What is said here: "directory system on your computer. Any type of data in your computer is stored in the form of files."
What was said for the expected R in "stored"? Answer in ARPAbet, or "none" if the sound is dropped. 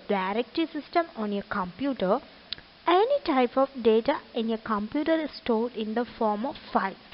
L